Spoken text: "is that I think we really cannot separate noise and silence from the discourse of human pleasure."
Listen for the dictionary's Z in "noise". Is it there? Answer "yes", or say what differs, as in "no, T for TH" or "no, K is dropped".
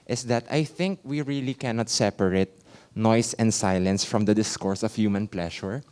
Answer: no, S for Z